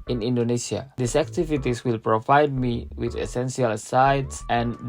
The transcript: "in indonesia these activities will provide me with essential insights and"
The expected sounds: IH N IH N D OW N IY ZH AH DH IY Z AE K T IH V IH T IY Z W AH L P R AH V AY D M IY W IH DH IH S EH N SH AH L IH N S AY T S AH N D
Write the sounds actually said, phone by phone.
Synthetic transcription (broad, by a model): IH N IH N D OW N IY S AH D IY S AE K T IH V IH T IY S W AH L P R AH V AY D M IY W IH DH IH S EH N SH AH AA L S AY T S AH N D